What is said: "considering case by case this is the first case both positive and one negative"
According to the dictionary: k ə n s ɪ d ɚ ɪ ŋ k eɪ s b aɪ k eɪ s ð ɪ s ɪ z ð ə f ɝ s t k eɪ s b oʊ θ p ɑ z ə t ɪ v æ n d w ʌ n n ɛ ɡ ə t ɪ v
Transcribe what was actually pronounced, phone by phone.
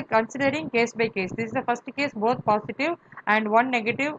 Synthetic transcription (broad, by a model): k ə n s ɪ d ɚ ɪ ŋ k eɪ s b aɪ k eɪ s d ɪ s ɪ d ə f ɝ s t k eɪ s b oʊ t p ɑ s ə t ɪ v æ n d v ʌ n n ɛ ɡ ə t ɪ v